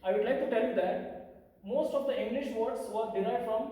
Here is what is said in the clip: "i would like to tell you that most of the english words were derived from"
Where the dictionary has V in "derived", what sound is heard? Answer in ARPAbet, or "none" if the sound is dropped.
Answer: none